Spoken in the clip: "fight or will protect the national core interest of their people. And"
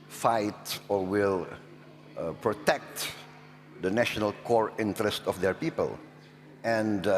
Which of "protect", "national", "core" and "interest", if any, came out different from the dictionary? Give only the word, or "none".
none